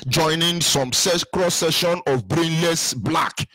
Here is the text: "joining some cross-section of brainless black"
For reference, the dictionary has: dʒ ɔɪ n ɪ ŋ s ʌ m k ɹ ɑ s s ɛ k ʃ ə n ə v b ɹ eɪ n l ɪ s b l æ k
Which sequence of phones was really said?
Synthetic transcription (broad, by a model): dʒ ɔɪ n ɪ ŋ s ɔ m k ɹ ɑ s s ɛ ʃ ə n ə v b ɹ eɪ n l ɪ s b l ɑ k